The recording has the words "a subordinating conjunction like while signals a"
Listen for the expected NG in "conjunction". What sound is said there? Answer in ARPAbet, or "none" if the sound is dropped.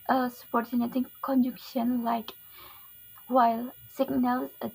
none